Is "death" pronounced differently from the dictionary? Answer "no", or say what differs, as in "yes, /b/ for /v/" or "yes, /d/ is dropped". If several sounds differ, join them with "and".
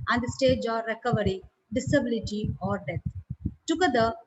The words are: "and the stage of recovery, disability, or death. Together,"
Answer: yes, /t/ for /θ/